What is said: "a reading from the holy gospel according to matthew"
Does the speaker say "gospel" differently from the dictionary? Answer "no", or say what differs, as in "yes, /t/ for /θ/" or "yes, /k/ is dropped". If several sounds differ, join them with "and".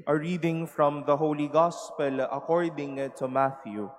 no